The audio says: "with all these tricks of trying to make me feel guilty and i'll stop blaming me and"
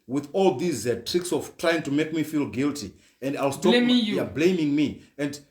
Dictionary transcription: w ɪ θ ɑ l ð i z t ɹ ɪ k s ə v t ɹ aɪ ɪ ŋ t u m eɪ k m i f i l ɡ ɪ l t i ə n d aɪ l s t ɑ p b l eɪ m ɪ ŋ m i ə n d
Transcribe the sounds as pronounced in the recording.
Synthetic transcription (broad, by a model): w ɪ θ ɑ l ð i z t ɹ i k s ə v t ɹ aɪ ɪ ŋ t u m eɪ k m i f i l ɡ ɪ l t i ə n d aɪ l s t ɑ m b l eɪ m ɪ ŋ m i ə n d